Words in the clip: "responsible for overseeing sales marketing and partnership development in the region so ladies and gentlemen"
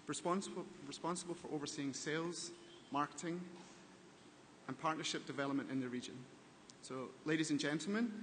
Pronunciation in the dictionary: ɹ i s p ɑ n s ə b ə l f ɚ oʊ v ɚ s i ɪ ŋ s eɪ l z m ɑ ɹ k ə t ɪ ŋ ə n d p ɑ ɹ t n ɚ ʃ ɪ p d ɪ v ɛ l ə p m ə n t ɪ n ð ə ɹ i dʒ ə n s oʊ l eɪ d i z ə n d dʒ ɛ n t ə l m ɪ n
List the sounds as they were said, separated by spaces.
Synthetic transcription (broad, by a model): ɹ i s p ɑ n s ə b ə l f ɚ oʊ v ɚ s i ɪ ŋ s eɪ l z m ɑ ɹ k ə t ɪ ŋ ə n p ɑ ɹ t n ɚ ʃ ɪ p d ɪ v ɛ l ə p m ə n t ɪ n ð ə ɹ i dʒ ə n s oʊ l eɪ d i z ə n dʒ ɛ n t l m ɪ n